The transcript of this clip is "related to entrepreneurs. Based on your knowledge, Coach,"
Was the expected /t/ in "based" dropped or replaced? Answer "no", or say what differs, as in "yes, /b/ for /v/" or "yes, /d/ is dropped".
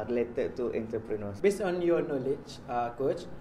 yes, /t/ is dropped